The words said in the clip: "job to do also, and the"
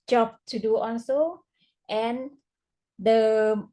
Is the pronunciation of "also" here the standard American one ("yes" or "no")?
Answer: no